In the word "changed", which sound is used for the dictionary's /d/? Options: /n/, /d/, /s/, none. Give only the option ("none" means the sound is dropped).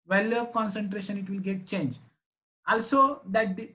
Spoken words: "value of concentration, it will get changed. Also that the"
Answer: none